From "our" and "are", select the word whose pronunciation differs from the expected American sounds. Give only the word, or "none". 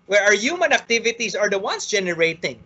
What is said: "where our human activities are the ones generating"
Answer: none